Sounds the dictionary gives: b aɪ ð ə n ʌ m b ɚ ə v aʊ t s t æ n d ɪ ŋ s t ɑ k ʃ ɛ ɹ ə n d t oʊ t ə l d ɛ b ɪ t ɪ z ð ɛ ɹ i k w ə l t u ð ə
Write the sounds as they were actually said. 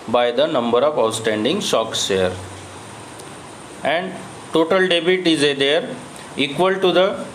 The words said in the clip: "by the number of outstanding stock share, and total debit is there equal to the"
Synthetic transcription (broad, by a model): b aɪ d ə n ʌ m b ɚ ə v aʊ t s t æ n d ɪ ŋ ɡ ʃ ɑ k s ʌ ɹ ə n d t oʊ t ə l d ɛ b ɪ t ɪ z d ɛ ɹ i k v ə l t u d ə